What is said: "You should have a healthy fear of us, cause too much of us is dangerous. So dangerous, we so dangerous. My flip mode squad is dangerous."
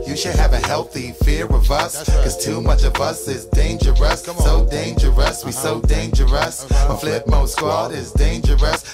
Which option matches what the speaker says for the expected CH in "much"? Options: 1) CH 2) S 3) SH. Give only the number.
1